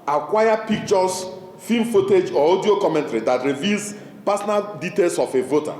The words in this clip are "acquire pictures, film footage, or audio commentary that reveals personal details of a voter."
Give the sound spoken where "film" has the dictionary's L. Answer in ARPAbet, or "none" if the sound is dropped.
none